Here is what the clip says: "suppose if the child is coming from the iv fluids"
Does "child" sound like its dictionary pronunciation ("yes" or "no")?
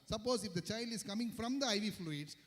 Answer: yes